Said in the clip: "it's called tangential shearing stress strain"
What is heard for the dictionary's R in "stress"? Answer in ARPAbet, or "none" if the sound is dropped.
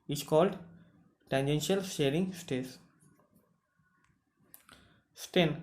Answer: none